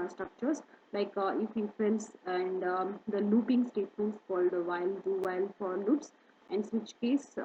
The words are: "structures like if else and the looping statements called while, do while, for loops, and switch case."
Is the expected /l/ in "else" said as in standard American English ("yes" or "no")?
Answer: no